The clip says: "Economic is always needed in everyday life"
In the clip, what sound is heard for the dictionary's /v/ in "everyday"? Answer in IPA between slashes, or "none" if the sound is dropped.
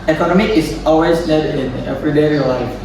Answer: /p/